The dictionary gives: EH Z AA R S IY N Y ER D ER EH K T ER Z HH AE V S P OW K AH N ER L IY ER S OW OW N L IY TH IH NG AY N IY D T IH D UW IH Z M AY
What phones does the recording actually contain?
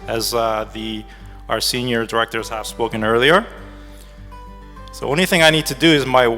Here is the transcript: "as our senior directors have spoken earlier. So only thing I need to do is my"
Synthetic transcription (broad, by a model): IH Z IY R S IY N Y ER D ER EH K T ER Z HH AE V S P OW K AH N ER L IY ER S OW OW N L IY TH IH NG AY N IY D T IH D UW IH Z M AY